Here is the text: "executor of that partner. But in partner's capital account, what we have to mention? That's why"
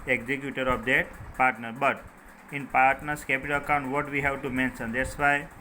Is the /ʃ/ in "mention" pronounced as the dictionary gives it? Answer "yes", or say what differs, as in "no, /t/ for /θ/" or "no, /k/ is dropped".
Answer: no, /s/ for /ʃ/